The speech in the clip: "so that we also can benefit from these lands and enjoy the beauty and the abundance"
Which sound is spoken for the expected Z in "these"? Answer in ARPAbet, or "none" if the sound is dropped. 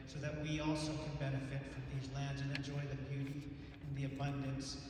Z